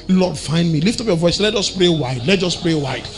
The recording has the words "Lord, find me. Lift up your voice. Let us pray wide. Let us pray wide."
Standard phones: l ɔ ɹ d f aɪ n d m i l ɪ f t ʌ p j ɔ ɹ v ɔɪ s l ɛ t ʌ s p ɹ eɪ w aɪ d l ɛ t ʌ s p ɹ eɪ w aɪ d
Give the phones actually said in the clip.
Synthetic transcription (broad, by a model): l ɔ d f aɪ n d m i l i f t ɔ p j ɔ v ɔɪ s l ɛ t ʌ s p ɹ eɪ w aɪ d l ɛ t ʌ s p ɹ eɪ w aɪ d